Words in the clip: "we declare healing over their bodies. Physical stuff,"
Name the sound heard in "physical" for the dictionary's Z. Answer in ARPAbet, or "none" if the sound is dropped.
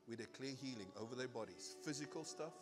Z